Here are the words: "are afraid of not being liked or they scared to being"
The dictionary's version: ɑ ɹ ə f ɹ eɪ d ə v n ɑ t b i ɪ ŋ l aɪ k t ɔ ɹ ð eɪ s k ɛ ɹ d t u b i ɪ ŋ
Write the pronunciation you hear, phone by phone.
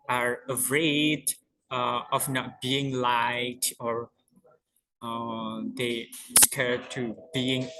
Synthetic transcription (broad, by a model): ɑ ɹ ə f ɹ eɪ d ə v n ɑ t b i ɪ ŋ l aɪ t ɔ ɹ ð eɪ s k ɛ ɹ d t u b i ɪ ŋ